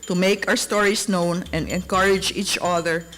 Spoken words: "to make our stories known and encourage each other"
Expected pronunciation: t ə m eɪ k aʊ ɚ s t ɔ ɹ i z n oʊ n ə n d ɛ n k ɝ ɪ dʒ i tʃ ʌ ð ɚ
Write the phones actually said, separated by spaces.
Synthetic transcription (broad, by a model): t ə m eɪ k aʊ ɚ s t ɔ ɹ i s n oʊ n ə n d ɛ n k ɝ ɪ dʒ i tʃ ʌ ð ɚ